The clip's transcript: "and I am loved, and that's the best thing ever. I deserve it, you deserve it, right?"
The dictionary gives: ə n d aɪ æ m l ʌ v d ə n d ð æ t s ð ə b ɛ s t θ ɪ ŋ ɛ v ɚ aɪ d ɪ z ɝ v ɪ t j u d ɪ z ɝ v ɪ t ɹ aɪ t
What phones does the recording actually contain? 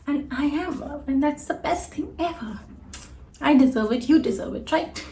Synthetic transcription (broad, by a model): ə n aɪ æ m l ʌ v ə n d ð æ t s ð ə b ɛ s t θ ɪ ŋ ɛ v ɚ aɪ d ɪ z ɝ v ɪ t j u d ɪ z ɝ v ɪ t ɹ aɪ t